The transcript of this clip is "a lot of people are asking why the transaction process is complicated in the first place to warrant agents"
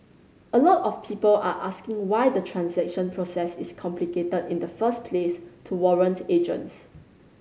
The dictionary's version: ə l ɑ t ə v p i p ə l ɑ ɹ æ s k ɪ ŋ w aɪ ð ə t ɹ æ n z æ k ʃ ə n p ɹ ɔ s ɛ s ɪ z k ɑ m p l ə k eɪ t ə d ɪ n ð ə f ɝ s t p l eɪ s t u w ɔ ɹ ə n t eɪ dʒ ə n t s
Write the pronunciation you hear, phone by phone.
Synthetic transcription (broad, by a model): ə l ɑ t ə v p i p ə l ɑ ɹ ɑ s k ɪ ŋ w aɪ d ə t ɹ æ n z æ k ʃ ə n p ɹ ɔ s ɛ s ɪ s k ɑ m p l ə k eɪ t ə d ɪ n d ə f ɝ s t p l eɪ s t u w ɔ ɹ ə n t eɪ dʒ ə n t s